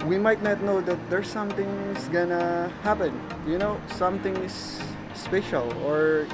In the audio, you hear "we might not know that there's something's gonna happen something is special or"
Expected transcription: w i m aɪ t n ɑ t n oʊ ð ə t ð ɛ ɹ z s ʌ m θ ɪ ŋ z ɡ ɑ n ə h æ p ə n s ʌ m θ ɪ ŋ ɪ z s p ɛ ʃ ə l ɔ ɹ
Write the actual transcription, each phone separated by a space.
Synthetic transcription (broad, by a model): w i m aɪ t n ɑ t n oʊ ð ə t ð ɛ ɹ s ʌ m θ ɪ ŋ s ɡ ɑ n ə h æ p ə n s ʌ m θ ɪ ŋ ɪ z s p ɛ ʃ ə l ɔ ɹ